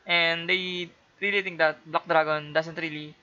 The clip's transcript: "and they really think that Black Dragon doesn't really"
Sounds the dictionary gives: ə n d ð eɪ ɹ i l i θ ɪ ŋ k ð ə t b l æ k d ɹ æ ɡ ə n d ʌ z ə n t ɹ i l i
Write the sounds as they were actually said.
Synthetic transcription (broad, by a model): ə n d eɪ ɹ i l i t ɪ ŋ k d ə t b l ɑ k d ɹ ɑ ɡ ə n d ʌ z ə n t ɹ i l i